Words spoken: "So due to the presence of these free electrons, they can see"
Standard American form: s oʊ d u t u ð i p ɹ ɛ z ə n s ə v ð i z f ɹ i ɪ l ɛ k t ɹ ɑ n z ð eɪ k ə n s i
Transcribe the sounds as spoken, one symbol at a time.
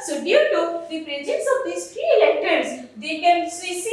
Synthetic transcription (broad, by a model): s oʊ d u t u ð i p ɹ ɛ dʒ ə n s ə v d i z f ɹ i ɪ l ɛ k t ɑ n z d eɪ k ə n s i